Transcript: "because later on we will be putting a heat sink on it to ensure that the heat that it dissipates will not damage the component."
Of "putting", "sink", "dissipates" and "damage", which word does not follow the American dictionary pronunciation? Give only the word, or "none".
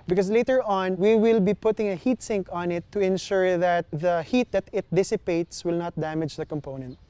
none